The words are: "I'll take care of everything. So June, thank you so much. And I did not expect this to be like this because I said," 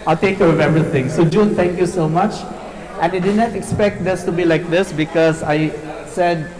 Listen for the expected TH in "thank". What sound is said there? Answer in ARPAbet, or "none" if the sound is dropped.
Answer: T